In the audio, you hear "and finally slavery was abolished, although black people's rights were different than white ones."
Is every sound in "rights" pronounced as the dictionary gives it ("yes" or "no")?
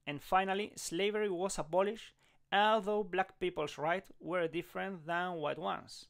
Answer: no